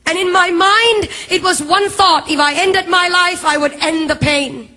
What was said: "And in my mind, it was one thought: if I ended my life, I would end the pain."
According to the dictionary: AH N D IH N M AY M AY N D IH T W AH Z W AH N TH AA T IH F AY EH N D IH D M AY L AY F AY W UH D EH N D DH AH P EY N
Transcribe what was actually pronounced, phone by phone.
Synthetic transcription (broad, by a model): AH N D IH N M AY M AY N D IH T W AH Z W AH N TH AA T IH F AY EH N D IH D M AY L AY F AY W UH D EH N DH AH P EY N